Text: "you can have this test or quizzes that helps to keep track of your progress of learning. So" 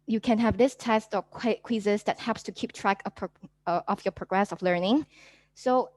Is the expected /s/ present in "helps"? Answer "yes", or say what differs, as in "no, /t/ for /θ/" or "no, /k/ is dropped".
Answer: yes